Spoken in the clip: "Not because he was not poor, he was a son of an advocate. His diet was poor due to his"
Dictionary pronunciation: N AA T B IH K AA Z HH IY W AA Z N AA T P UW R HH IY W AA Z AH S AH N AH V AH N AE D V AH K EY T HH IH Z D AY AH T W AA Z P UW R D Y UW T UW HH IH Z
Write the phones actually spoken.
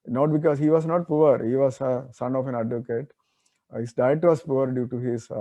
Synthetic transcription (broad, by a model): N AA T B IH K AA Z HH IY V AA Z N AA T P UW R HH IY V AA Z AH S AH N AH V AH N AE D V AH K EY T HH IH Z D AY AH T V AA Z P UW R D Y UW T UW HH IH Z